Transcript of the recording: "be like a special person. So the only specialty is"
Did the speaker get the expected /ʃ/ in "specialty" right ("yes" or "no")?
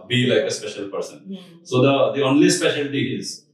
yes